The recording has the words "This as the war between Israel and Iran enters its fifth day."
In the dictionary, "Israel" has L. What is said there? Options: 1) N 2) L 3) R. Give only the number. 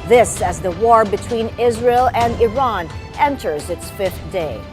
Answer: 2